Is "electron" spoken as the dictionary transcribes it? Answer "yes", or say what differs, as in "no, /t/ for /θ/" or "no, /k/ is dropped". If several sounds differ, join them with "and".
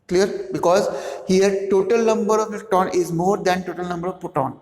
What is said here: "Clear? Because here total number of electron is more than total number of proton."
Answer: no, /ɹ/ is dropped